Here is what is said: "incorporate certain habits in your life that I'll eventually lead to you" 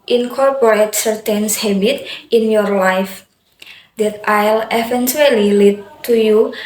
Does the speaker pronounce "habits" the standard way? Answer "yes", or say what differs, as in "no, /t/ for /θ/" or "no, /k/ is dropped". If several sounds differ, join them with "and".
no, /s/ is dropped